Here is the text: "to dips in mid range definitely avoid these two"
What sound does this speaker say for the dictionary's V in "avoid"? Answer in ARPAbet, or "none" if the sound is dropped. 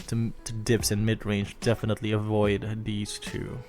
V